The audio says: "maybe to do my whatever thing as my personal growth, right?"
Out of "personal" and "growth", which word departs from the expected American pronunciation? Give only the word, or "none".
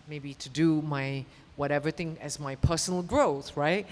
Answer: none